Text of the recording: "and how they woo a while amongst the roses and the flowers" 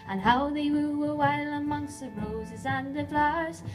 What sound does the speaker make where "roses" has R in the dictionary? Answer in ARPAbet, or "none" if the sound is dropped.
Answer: R